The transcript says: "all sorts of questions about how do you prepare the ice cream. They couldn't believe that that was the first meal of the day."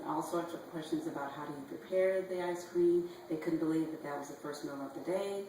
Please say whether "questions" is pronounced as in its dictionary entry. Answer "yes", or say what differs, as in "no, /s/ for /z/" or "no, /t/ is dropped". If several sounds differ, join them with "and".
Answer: yes